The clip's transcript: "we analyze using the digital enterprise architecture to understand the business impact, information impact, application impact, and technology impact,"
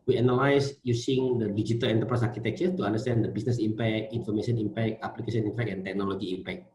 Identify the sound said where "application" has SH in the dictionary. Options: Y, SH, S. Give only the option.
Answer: S